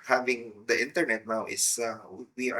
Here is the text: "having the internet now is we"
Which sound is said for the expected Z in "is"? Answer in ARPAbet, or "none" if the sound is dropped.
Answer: S